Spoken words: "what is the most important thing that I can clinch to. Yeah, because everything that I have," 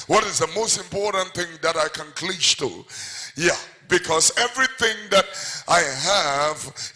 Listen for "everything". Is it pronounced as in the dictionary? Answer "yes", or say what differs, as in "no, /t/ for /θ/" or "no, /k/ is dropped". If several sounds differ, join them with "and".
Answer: yes